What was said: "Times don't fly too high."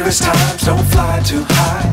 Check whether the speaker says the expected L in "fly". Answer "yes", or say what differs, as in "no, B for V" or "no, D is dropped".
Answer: yes